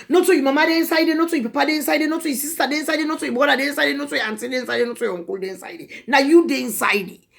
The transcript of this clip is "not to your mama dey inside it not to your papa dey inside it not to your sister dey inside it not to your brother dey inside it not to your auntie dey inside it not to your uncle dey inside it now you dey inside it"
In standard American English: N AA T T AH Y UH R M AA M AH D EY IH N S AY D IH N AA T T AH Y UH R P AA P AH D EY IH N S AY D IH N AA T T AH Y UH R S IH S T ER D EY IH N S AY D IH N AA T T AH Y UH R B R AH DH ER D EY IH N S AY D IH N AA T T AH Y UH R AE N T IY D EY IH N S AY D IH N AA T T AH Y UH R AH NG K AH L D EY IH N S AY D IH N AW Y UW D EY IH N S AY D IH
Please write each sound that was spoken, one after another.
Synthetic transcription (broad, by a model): N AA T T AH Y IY M AA M AH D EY IH N S AY D IH N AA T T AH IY P AA P AH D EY IH N S AY D IH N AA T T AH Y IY S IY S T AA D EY IH N S AY D IH N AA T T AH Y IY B AO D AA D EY IH N S AY D IH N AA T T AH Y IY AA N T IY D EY IH N S AY D IH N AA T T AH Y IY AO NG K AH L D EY IH N S AY D IH N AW Y UW D EY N S AY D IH